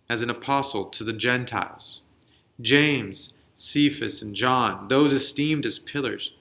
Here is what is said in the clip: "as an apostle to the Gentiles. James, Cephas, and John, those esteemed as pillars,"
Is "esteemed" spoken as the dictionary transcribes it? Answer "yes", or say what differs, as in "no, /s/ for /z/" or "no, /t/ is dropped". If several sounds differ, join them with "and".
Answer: yes